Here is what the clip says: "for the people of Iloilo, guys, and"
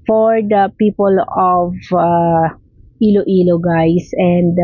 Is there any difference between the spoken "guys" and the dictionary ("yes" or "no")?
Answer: yes